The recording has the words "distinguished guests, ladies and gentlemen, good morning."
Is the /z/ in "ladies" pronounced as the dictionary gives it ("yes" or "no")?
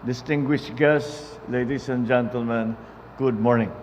no